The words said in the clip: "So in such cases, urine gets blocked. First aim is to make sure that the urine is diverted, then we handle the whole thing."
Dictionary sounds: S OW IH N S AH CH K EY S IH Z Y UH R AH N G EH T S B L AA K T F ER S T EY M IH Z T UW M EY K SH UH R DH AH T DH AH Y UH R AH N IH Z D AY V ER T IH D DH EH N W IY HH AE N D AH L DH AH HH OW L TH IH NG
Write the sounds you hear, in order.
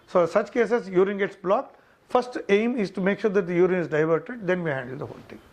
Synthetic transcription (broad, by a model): S OW S AH CH K EY S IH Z Y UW R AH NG G EH T S B L AA K T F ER S T EY M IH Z T UW M EY K SH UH R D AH T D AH Y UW R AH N IH Z D AY V ER T IH D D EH N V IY HH AE N D AH L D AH HH OW L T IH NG